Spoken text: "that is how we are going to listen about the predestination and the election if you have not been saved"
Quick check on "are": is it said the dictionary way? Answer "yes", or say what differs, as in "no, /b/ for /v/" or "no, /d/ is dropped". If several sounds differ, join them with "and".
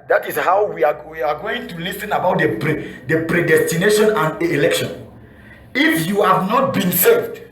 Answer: no, /w/ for /ɹ/